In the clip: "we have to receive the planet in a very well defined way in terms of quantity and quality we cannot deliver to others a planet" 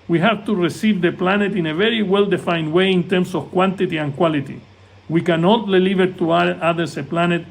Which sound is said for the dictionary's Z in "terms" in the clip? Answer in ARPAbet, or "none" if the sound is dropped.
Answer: S